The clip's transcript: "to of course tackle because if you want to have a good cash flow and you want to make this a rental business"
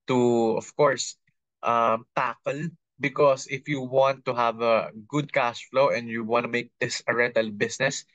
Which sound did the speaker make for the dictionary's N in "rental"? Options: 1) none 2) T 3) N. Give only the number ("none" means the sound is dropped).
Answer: 1